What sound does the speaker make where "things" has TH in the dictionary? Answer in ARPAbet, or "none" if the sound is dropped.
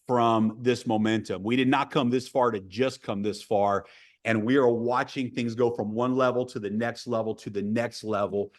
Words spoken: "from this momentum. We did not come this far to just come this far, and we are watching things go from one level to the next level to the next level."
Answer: TH